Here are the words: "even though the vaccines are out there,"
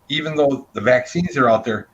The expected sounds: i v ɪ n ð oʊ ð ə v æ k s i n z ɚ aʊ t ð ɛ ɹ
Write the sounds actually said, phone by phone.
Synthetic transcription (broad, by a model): i v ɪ n ð oʊ ð ə v æ k s i n z ɚ aʊ t ð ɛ ɹ